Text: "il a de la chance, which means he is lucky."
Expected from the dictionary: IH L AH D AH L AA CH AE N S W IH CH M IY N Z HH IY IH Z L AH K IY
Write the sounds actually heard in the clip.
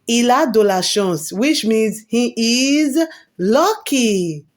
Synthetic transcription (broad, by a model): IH L AH D AH L AA SH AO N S W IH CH M IY N Z HH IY IH Z L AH K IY